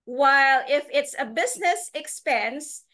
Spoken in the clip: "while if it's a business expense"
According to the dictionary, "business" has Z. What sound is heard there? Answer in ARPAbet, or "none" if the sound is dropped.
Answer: Z